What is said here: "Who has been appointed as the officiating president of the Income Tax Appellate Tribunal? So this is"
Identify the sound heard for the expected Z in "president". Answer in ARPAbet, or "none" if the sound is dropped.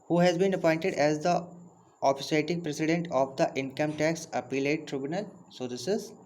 S